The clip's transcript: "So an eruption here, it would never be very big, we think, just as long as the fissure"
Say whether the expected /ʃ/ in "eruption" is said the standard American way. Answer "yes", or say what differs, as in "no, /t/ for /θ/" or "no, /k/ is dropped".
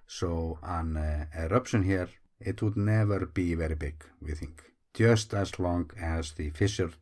yes